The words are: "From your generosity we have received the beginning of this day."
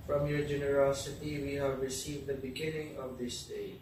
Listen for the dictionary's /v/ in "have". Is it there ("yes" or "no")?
yes